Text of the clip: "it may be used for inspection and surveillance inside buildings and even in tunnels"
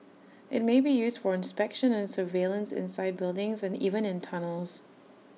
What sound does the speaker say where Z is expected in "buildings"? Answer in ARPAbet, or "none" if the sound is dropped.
Z